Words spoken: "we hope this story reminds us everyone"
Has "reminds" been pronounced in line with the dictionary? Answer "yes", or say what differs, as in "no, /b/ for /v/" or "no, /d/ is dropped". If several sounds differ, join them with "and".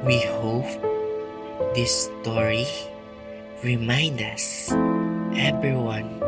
no, /z/ is dropped